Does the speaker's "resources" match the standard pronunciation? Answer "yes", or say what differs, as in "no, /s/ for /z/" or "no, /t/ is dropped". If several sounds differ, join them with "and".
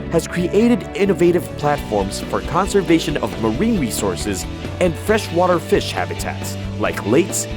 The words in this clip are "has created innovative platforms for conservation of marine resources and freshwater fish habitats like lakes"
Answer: yes